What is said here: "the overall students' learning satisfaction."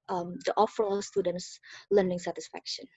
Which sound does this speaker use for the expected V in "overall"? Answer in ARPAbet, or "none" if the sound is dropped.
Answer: F